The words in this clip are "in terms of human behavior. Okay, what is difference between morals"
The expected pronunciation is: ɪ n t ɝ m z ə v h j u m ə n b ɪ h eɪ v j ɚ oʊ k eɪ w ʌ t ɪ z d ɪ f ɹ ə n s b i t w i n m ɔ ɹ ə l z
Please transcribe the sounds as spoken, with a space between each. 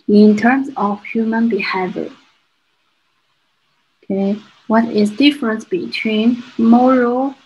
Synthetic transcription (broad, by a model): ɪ n t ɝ m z ə v h j u m ə n b ɪ h eɪ v j ɚ oʊ k eɪ w ʌ t ɪ z d ɪ f ɹ ə n s b i t w i n m ɔ ɹ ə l